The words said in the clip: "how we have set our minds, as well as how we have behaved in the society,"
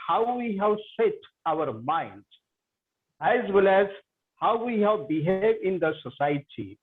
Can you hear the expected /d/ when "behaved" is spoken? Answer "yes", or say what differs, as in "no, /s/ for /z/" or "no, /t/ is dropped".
no, /d/ is dropped